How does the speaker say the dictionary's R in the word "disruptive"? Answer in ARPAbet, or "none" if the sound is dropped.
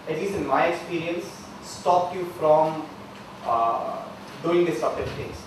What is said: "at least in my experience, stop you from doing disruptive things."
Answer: none